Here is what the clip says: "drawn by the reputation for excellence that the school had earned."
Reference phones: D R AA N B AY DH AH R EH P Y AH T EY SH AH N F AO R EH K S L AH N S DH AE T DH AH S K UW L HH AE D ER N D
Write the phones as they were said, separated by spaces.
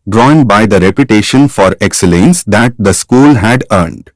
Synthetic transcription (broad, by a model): D R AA N B AY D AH R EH P Y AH T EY SH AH N F AO R EH K S L AH N S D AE T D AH S K UW L HH AE D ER N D